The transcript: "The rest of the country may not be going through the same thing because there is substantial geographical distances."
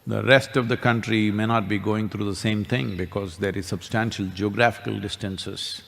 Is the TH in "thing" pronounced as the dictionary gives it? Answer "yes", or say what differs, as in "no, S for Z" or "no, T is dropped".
no, T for TH